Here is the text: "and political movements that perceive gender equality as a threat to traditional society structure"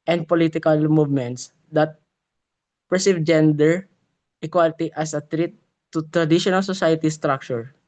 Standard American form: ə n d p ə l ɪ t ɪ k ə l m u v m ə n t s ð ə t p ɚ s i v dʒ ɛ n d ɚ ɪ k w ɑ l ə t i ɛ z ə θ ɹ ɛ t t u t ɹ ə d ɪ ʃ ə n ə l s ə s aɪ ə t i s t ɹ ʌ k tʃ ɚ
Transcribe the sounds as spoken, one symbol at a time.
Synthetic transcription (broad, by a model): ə n d p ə l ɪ t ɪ k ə l m u v m ə n t s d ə t p ɚ s i v dʒ ɛ n d ɚ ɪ k w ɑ l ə t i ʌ s ə t ɹ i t t u t ɹ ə d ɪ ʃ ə n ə l s ə s aɪ ə t i s t ɹ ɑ k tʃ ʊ